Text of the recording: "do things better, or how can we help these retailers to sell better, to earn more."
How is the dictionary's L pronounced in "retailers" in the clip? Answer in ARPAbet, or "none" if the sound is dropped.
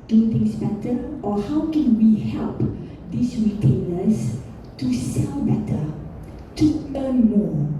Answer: N